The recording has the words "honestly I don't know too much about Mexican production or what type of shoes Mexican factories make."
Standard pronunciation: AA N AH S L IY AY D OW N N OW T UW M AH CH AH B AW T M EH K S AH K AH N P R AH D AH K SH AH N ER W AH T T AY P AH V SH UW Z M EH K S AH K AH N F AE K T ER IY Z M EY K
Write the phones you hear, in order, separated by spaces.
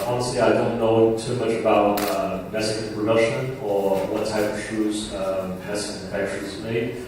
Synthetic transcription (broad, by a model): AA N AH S L IY AY D OW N N OW T UW M AH CH AH B AW T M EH S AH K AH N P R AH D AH SH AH N ER W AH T T AY P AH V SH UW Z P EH S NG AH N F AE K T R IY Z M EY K